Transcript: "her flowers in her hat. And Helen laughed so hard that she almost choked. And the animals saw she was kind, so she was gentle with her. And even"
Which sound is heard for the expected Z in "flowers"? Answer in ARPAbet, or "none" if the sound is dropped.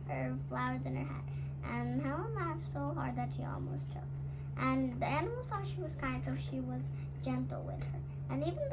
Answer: Z